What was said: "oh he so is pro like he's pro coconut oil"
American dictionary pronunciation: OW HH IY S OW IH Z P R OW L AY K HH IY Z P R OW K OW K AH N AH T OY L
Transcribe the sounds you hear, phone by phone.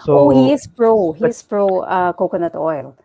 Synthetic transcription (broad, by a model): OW HH IY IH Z P R OW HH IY S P R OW K OW K AH N AH T OY L